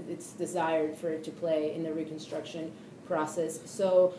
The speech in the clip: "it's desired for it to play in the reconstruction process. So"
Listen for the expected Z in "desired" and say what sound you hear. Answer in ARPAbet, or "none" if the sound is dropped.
Z